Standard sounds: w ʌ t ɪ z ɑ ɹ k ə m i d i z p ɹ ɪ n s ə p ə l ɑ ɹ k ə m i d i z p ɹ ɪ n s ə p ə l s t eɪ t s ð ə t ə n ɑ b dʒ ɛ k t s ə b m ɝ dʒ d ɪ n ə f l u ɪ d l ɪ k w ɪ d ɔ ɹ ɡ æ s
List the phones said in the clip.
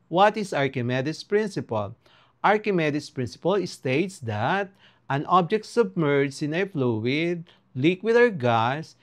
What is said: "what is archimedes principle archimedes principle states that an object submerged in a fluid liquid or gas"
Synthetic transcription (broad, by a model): w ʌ t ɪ s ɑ ɹ k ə m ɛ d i s p ɹ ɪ n s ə p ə l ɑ ɹ k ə m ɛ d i s p ɹ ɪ n s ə p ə l s t eɪ t s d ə t ə n ɑ b dʒ ɛ k t s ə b m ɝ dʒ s ɪ n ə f l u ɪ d l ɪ k w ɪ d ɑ w ɡ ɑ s